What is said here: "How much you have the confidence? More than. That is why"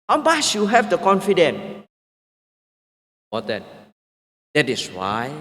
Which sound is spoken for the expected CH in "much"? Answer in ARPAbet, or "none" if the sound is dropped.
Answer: S